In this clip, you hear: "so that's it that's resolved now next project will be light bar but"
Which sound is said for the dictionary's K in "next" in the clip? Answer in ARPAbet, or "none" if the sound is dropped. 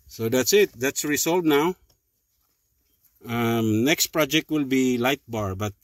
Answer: K